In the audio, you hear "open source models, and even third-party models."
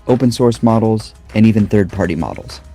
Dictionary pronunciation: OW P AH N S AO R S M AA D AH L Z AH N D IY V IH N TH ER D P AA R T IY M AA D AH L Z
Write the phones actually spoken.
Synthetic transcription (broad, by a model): OW P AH N S AO R S M AA D L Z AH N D IY V IH N TH ER D P AA R T IY M AA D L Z